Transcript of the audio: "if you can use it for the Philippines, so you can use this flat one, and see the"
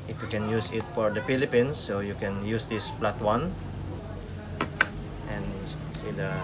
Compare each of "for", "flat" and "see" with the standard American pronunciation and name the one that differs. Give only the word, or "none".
flat